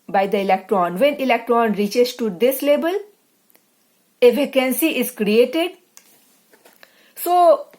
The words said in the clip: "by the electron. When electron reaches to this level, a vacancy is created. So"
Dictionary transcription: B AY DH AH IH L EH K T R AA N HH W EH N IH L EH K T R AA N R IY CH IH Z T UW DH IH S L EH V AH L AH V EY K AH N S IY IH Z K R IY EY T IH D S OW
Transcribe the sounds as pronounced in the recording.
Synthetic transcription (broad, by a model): B AY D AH IH L EH K T R AA N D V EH N IH L EH K T R AA N R IY CH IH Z T UW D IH S L EH B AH L AH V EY K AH N S IY IH Z K R IY EY T IH D S OW